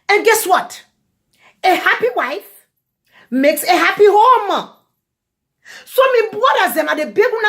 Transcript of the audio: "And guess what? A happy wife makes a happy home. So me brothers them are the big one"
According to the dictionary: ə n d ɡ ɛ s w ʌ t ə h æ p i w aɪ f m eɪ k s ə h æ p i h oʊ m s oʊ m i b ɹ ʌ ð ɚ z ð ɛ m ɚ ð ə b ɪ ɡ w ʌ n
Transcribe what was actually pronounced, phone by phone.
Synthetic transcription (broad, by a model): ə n ɡ ɛ s w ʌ t ə h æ p i w aɪ f m eɪ k s ə h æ p i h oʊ m s oʊ m i b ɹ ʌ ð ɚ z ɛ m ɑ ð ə b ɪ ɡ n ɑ